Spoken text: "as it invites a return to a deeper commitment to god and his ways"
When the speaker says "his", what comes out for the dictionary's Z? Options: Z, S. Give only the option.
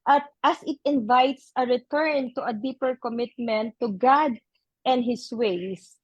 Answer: S